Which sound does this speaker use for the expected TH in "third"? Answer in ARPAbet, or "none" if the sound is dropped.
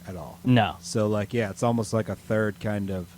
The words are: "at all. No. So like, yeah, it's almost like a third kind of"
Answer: TH